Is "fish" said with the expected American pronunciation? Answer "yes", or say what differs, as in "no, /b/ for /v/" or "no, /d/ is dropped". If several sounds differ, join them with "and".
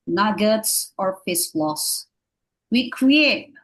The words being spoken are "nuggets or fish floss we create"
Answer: no, /s/ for /ʃ/